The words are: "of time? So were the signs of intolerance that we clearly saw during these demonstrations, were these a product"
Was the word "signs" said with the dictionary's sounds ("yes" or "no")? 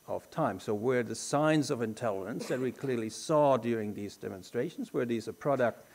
yes